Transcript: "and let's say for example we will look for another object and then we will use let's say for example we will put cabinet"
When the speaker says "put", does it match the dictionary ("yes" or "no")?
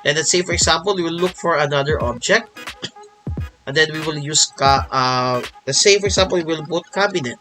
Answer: no